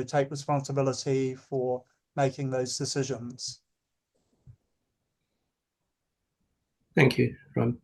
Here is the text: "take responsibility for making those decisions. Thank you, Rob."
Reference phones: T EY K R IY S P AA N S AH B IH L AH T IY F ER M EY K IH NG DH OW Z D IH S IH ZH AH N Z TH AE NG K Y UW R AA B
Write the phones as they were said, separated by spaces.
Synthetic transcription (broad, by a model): T EY K R IY S P AA N S AH B IH L AH T IY F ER M EY K IH NG DH OW Z D IH S IH ZH AH N Z TH AE NG K Y UW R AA